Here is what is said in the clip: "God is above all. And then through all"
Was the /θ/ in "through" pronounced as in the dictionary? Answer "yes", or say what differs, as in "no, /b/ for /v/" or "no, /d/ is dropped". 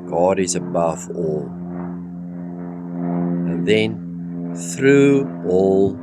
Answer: yes